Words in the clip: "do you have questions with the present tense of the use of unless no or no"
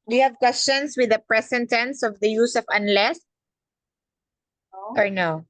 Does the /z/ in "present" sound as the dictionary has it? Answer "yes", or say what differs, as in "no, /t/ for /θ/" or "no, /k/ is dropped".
no, /s/ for /z/